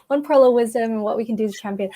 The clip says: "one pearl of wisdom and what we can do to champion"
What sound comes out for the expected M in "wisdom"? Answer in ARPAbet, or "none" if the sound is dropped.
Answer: M